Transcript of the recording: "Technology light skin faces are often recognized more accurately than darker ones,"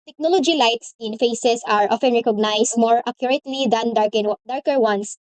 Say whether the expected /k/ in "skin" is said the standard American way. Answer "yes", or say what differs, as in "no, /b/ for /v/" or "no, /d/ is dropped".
no, /k/ is dropped